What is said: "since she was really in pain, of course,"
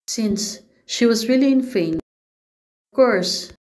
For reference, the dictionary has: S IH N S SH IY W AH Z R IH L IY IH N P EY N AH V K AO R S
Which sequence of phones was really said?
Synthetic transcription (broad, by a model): S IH N S SH IY W AH Z R IH L IY IH N F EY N AH V K AO R S